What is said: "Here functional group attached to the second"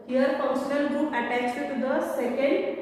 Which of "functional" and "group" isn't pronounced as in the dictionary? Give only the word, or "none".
functional